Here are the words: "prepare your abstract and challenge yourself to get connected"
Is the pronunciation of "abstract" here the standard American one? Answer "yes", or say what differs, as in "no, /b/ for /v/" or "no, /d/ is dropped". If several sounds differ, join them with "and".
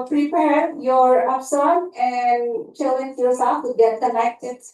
no, /k/ is dropped